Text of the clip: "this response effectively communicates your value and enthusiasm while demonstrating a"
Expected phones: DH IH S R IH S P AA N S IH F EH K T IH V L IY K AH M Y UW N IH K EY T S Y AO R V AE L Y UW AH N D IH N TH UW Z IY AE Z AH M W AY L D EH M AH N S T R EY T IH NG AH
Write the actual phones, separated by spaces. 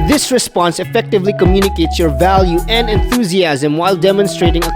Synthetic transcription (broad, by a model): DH IH S R IH S P AA N S IH F EH K T IH V L IY K AH M Y UW N IH K EY T S Y AO R V AE L Y UW AH N D IH N TH UW Z IY AE Z AH M W AY L D EH M AH N S T R EY T IH NG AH